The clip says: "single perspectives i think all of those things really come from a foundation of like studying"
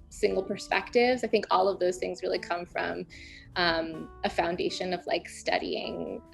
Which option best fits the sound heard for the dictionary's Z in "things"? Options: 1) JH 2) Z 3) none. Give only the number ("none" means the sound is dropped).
2